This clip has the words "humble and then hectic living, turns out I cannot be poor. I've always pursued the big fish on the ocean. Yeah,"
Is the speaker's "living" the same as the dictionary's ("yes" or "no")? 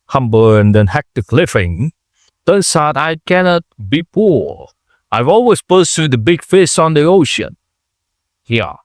no